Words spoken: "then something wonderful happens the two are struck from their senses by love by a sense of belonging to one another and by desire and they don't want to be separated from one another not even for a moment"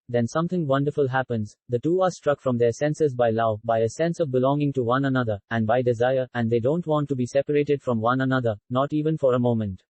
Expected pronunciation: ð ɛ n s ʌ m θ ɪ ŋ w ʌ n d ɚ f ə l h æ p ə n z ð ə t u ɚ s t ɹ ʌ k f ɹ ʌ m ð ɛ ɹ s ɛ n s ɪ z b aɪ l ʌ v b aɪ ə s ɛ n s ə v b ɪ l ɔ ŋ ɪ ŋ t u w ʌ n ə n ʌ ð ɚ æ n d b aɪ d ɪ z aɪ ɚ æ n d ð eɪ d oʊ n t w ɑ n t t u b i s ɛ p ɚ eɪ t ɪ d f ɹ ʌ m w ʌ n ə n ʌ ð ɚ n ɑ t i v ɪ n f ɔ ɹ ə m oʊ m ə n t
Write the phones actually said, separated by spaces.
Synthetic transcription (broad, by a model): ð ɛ n s ʌ m t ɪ ŋ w ʌ n d ɚ f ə l h æ p ə n z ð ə t u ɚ s t ɹ ʌ k f ɹ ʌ m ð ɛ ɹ s ɛ n s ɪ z b aɪ l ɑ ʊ b aɪ ə s ɛ n s ə v b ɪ l ɔ ŋ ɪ ŋ t u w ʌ n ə n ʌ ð ɚ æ n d b aɪ d ɪ z aɪ ɚ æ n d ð eɪ d oʊ n t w ɑ n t t u b i s ɛ p ɚ eɪ t ɪ d f ɹ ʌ m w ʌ n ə n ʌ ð ɚ n ɑ t i v ɪ n f ɔ ɹ ə m oʊ m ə n t